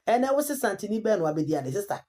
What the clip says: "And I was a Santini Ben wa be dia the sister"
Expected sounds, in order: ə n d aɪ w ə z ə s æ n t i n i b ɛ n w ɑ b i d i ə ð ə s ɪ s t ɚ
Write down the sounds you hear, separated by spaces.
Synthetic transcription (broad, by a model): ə n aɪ w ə s ə s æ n t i n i b ɛ n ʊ ɑ b i d i ə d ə s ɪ s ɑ